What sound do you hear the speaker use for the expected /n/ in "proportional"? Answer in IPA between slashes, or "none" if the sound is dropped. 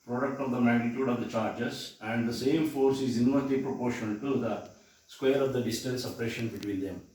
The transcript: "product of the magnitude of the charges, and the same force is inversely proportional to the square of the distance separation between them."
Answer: none